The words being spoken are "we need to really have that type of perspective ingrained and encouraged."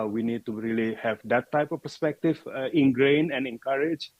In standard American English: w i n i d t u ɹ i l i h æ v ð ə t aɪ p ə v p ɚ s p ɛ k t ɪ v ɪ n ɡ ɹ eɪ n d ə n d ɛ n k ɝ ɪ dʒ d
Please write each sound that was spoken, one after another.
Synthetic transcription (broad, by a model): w i n i d t u ɹ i l i h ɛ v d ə t aɪ p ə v p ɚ s p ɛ k t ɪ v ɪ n ɡ ɹ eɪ n ə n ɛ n k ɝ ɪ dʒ